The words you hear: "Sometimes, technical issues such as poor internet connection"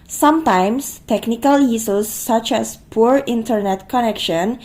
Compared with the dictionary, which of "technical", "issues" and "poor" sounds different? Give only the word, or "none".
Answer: issues